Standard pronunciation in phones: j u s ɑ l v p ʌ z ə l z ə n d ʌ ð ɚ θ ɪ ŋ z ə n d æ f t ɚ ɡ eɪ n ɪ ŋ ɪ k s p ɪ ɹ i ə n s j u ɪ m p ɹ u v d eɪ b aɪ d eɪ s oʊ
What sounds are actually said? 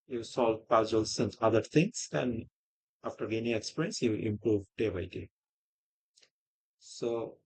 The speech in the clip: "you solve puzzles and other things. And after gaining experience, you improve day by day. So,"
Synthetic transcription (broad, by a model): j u s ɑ l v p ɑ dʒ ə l s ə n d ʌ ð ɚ t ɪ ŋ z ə n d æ f t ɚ ɡ eɪ n ɪ ŋ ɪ k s p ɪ ɹ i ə n s j u ɪ m p ɹ u v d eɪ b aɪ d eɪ s oʊ